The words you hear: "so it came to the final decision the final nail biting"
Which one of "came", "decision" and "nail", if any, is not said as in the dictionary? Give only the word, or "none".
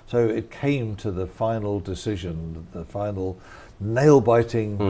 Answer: none